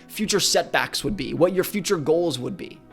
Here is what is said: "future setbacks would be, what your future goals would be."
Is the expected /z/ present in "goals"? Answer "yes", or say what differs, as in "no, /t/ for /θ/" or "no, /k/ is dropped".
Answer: yes